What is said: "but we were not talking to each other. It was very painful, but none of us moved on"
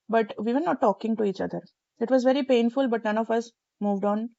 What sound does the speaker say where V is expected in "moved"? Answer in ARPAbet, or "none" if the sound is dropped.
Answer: V